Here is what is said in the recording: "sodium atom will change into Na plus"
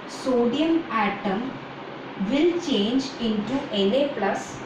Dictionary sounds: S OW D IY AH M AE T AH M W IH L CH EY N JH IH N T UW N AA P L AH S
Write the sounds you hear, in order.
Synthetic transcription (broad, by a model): S OW D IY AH M AE T AH M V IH L CH EY N JH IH N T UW L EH P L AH S